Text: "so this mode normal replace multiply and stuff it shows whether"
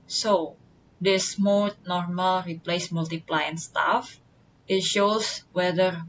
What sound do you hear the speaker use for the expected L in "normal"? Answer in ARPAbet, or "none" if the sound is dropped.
L